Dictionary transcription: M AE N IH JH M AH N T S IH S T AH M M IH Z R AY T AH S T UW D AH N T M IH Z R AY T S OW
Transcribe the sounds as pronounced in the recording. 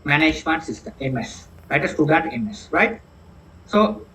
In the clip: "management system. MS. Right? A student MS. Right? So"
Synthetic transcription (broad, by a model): M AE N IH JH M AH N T S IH S T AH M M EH S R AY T AH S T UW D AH T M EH S R AY T S OW